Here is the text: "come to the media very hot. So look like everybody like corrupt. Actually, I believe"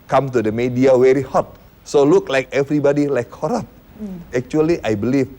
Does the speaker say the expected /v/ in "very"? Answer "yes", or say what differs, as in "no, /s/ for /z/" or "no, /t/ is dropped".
no, /w/ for /v/